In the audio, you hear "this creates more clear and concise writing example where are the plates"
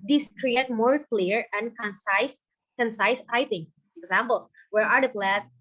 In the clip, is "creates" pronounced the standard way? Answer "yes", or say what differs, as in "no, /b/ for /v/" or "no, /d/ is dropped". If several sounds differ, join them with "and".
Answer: no, /s/ is dropped